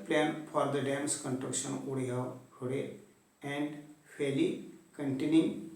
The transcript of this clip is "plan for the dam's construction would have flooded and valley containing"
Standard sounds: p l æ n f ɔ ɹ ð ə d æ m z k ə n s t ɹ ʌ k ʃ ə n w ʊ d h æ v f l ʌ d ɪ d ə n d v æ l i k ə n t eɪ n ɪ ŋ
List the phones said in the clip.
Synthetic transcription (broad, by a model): p l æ n f ɔ ɹ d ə d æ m s k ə n t ɹ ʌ k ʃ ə n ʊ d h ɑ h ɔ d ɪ ə n d f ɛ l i k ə n t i n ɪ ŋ